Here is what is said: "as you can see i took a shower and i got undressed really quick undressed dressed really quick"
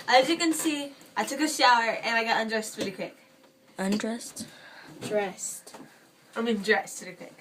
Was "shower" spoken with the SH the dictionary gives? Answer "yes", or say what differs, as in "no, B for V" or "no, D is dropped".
yes